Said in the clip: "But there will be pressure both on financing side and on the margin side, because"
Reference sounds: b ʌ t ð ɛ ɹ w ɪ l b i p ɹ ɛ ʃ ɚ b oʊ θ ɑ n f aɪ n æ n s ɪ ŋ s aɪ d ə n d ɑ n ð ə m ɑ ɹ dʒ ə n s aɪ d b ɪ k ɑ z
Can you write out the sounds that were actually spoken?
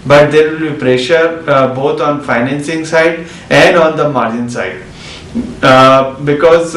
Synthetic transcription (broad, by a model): b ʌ t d ɛ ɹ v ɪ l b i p ɹ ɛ ʃ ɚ b oʊ t ɑ n f aɪ n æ n s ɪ ŋ s aɪ d ə n d ɑ n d ə m ɑ ɹ dʒ ə n s aɪ d b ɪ k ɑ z